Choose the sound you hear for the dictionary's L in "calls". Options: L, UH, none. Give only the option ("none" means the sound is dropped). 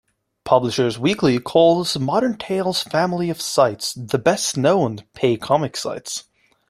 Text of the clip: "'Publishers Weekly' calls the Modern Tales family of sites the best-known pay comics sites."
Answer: L